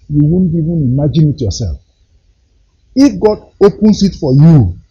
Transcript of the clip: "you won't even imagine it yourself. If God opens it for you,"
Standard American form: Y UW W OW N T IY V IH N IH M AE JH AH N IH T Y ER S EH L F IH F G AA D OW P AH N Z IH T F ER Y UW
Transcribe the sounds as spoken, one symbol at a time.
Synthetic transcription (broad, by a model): Y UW W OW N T IY V IH N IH M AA JH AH N IH T Y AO S EH L F IH F G AA D OW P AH N S IH T F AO Y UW